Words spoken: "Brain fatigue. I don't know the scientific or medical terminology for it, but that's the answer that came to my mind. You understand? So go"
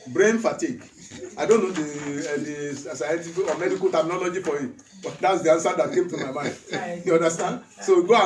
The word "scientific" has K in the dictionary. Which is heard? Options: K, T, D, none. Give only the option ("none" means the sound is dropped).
none